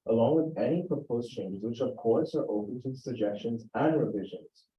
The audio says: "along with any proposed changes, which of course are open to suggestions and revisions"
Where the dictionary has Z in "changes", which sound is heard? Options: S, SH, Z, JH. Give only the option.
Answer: Z